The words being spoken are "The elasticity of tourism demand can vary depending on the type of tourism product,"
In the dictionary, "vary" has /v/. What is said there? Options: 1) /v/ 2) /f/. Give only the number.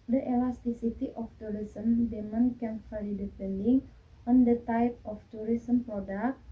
2